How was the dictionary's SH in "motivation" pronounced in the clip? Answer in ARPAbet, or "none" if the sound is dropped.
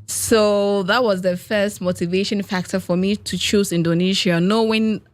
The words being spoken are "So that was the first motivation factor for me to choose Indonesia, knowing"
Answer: SH